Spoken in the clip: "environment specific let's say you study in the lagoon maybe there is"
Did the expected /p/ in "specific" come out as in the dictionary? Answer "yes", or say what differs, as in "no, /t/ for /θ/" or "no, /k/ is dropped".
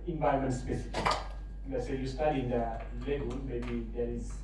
no, /b/ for /p/